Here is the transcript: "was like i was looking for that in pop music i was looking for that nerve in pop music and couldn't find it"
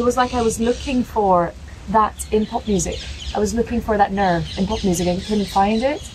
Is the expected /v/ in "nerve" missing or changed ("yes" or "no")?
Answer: no